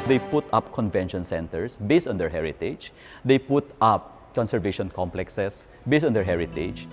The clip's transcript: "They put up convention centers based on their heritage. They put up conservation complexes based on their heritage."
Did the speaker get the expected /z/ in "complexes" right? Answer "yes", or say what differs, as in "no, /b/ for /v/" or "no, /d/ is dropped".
no, /s/ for /z/